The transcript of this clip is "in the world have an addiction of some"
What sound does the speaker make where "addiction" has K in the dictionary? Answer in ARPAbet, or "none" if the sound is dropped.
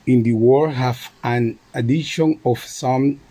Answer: none